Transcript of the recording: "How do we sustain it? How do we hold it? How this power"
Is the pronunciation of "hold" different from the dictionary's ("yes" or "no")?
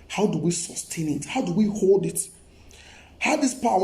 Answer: no